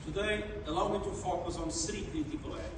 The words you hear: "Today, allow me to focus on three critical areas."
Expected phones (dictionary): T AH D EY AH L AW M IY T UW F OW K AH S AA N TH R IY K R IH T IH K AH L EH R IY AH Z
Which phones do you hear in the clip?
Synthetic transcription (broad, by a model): T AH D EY AH L AW M IY T UW F OW K AH S AA N S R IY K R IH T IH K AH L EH